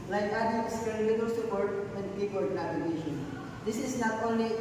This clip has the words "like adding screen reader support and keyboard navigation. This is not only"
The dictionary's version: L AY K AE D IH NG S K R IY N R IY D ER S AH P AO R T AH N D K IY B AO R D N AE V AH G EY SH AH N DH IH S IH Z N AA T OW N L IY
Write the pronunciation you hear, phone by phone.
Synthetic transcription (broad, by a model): L AY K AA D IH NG S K EH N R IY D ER S AH P AO R T AH N D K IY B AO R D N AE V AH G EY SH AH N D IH S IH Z N AA T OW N L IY